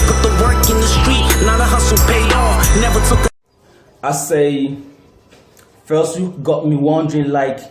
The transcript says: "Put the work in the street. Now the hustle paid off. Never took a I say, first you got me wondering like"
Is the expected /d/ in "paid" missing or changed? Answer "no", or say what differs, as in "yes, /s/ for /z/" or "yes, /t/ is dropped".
yes, /d/ is dropped